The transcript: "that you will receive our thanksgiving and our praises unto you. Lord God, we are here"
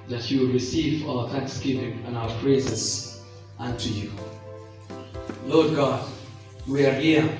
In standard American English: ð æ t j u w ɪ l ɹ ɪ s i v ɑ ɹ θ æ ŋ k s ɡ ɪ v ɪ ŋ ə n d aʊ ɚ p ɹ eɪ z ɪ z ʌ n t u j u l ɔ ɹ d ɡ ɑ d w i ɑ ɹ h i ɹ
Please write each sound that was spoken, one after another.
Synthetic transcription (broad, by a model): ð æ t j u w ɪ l ɹ ɪ s i v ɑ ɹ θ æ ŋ k s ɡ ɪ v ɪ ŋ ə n aʊ ɚ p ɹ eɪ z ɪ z ʌ n t u j u l ɔ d ɡ ɑ d w i ɑ ɹ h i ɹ